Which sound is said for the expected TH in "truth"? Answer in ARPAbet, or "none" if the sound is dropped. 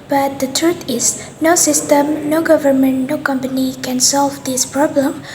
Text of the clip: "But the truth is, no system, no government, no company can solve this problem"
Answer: T